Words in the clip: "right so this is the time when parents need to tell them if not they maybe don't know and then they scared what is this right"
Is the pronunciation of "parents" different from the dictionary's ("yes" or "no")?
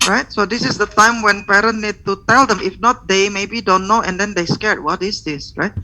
yes